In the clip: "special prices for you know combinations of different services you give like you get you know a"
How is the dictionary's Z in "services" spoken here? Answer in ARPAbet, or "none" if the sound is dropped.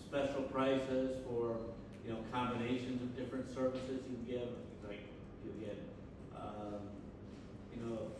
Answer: Z